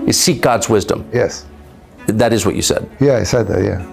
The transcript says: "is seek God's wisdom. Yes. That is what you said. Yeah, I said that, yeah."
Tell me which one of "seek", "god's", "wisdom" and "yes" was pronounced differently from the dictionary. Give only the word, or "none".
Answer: none